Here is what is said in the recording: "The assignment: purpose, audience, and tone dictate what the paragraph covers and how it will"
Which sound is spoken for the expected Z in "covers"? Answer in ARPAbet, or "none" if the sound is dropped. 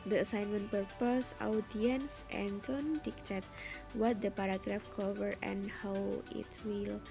none